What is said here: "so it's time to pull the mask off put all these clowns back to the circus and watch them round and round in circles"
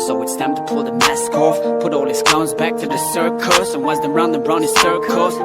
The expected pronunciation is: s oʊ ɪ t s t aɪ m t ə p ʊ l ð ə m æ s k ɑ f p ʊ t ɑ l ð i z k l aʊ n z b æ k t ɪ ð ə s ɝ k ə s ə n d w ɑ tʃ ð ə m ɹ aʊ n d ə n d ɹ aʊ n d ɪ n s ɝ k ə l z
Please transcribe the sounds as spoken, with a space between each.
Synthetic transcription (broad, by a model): s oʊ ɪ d s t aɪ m t ə p ʊ l ð ə m æ s k ɑ f p ʊ t ɑ l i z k aʊ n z b æ k t ɪ ð ə s ɝ k ə s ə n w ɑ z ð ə ɹ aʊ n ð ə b ɹ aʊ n ɪ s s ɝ k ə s